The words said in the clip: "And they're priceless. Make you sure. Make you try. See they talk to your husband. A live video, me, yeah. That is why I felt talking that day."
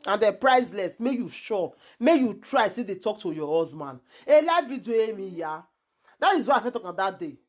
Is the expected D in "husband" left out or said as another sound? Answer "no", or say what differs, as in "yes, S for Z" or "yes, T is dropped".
yes, D is dropped